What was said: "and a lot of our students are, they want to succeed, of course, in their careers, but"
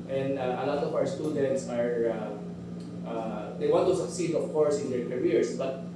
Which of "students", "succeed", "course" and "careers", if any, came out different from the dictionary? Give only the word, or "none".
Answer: careers